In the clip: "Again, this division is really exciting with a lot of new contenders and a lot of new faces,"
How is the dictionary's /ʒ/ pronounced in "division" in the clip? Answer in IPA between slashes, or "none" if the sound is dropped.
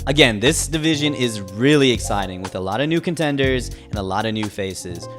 /ʒ/